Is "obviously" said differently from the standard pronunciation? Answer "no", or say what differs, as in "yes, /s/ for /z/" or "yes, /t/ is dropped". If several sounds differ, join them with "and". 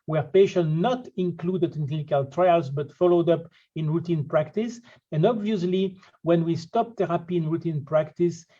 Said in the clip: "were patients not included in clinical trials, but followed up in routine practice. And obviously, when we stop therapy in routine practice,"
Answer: no